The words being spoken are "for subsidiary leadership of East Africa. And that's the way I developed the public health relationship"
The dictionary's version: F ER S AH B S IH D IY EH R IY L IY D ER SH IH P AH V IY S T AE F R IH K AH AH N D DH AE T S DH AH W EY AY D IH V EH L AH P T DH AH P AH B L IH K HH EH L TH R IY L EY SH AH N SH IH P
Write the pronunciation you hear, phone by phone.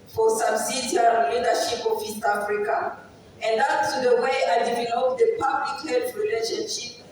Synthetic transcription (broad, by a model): F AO S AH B S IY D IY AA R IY L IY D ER SH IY P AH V IY S T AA F R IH K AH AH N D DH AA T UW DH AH W EY AY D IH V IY N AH T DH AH P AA B L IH K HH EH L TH R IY L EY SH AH N SH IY P